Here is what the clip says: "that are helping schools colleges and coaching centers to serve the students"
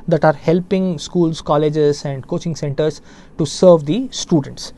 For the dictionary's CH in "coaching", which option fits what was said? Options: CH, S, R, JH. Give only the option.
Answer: CH